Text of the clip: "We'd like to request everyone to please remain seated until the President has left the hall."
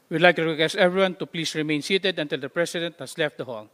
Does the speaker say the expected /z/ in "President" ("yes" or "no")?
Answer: no